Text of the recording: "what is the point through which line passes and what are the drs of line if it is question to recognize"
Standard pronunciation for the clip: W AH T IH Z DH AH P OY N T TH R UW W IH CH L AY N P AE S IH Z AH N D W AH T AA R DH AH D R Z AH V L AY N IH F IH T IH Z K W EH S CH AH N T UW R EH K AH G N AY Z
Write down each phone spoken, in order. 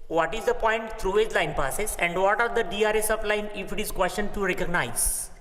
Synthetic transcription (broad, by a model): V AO T IH Z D AH P OY N T T R UW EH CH L AY N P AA S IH S AH N D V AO T AA R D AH D R S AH P L AY N IH F IH T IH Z K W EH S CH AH N T UW R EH K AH G N AY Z